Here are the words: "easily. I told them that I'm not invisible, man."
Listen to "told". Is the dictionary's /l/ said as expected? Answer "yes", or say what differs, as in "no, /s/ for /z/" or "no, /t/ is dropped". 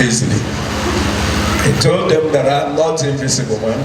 yes